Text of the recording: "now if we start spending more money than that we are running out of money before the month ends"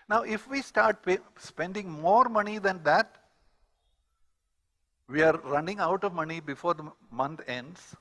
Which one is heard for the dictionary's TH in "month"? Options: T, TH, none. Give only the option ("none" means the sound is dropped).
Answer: T